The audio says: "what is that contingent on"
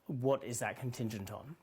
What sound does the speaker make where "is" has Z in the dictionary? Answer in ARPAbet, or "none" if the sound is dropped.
Z